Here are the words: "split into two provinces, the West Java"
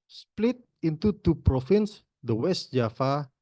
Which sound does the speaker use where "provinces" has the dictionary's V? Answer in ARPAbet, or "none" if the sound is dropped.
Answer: F